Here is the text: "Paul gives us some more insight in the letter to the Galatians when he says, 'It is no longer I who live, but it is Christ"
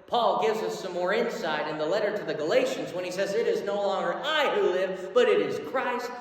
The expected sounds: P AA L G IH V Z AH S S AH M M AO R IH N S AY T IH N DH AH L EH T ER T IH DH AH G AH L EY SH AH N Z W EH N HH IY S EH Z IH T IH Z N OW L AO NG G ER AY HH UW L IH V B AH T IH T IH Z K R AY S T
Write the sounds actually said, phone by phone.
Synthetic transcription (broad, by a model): P AA L G IH V Z AH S S AH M M AO R IH N S AY T IH N DH AH L EH T ER T IH DH AH G AH L EY SH AH N Z W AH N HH IY S EH Z IH T IH Z N OW L AO NG G ER AY HH UW L IH V B AH T IH T IH Z K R AY S T